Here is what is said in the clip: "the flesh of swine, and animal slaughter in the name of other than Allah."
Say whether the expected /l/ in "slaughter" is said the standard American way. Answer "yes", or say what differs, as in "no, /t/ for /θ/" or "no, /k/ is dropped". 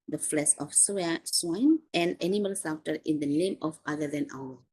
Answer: no, /l/ is dropped